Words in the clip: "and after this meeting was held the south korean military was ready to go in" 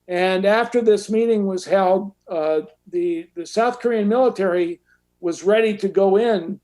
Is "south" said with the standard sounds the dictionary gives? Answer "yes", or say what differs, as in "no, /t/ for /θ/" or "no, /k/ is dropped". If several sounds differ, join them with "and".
yes